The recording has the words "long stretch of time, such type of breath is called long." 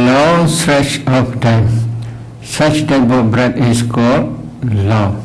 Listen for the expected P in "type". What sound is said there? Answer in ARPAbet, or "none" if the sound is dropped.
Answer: B